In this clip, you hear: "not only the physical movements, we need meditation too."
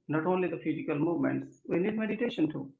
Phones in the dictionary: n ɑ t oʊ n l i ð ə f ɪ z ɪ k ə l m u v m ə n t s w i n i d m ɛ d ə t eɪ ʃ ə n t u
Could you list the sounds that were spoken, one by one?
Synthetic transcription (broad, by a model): n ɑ t oʊ n l i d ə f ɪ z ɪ k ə l m u v m ə n t s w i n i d m ɛ d ə t eɪ ʃ ə n t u